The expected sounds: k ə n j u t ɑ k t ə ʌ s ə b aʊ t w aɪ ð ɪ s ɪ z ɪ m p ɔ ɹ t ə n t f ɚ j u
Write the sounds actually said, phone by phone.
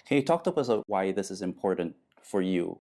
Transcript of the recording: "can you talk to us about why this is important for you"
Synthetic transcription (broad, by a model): k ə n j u t ɑ k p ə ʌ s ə ʊ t w aɪ ð ɪ s ɪ z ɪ m p ɔ ɹ t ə n t f ɚ j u